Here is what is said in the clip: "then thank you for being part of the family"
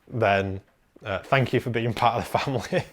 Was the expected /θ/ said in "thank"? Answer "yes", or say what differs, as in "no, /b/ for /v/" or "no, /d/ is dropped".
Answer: yes